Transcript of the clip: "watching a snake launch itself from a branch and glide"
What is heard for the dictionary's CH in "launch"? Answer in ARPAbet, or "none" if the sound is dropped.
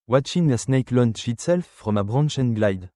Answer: SH